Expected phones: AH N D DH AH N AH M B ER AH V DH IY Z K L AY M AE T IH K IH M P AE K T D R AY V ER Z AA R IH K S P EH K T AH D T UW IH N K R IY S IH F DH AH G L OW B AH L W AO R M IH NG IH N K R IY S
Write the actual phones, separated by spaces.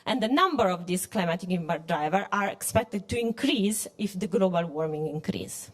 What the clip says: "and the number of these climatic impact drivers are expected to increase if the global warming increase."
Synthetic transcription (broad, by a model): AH N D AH N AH M B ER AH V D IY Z K L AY M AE T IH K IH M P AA T D R AY V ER AA R IH K S P EH K T AH D T UW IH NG K R IY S IH F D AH G L OW B AH L W AO R M IH NG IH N K R IY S